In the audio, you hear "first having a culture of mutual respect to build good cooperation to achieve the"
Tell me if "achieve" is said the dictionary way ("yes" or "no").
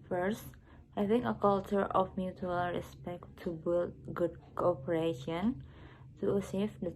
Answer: no